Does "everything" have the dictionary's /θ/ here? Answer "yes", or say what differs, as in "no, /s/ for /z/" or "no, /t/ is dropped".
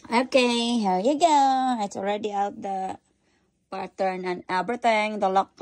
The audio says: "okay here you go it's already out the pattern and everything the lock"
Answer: no, /t/ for /θ/